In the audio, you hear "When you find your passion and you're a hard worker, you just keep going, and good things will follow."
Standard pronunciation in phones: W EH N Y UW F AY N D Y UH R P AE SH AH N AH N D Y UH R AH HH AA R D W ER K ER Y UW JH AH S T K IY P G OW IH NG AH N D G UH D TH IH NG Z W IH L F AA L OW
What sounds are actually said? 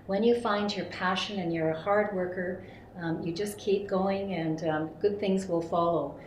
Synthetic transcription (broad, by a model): W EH N Y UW F AY N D Y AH R P AE SH AH N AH N Y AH R AH HH AA R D W ER K ER Y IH JH AH S K IY P G OW IH NG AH N G UH D TH IH NG Z W IH L F AA L OW